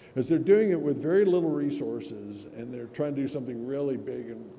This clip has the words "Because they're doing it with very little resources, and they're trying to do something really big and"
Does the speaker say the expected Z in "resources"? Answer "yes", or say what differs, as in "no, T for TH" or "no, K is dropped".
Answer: yes